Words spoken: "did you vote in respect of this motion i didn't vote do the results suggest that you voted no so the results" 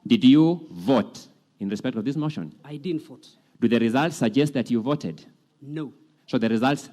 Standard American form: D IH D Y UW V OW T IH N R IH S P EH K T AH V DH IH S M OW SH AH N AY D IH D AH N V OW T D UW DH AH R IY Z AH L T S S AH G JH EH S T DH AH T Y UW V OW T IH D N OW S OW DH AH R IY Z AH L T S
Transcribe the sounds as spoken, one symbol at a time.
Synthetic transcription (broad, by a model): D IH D Y UW V OW T IH N R IH S P EH K T AH V DH IH S M OW SH AH N AY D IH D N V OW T D UW DH AH R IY Z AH L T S S AH G JH EH S T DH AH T Y UW V OW T IH D N OW S OW DH AH R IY Z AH L T S